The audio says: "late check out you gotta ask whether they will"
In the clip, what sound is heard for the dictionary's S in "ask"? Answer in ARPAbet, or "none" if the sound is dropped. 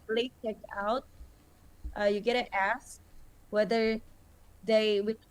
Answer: S